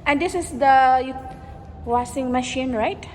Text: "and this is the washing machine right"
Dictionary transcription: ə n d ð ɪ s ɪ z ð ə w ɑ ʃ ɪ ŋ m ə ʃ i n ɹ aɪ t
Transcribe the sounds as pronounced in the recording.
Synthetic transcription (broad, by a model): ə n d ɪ s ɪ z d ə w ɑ s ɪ ŋ m ə ʃ i n ɹ aɪ t